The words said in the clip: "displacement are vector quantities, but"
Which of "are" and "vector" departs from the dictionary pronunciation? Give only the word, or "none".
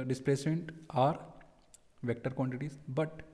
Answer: none